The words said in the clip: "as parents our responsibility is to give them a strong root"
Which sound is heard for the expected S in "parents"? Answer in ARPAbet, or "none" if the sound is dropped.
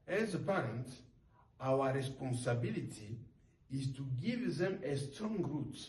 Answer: none